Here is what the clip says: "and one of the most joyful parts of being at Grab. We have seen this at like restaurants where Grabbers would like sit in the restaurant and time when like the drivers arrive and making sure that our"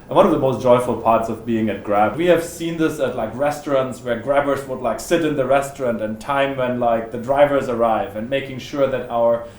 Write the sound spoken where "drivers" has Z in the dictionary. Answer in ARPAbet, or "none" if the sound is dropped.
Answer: Z